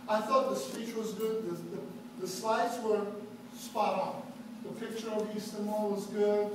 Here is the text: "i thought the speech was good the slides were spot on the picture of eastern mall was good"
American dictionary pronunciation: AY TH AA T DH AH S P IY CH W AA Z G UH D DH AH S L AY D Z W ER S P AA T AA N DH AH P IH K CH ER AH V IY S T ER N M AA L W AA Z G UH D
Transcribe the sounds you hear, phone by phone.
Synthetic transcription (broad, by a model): AY TH AA T DH AH S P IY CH W AA Z G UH D DH AH S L AY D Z W ER S P AA T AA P DH AH P IH K CH ER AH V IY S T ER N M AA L W AA Z G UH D